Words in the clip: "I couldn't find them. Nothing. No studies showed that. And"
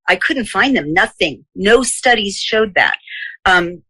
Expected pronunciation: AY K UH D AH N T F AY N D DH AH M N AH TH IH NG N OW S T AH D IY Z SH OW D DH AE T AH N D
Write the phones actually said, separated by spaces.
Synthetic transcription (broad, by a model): AY K UH D N T F AY N DH AH M N AH TH IH NG N OW S T AH D IY Z SH OW D DH AE T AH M